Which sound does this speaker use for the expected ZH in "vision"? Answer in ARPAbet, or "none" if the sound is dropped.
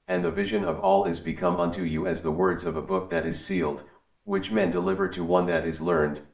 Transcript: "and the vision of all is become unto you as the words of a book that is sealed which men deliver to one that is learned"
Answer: ZH